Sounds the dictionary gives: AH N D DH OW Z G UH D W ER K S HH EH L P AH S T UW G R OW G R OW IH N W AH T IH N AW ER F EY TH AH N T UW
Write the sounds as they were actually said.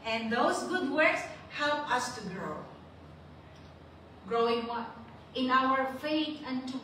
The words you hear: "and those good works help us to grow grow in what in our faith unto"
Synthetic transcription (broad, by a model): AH N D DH OW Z G UH D W ER K S HH EH L P AH S T UW G R OW G R OW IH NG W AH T IH N AW ER F EY T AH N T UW